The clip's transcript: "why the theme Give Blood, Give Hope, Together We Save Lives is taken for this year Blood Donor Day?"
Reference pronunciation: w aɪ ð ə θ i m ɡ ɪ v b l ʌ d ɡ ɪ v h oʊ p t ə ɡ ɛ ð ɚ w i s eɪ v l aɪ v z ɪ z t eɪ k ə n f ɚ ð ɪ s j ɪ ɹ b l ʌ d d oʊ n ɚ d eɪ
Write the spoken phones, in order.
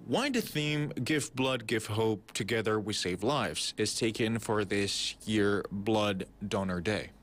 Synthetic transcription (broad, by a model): w aɪ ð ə θ i m ɡ ɪ v b l ʌ d ɡ ɪ v h oʊ p t ə ɡ ɛ ð ɚ w i s eɪ v l aɪ v z ɪ z t eɪ k ə n f ɚ ð ɪ s j ɪ ɹ b l ʌ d d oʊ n ɚ d eɪ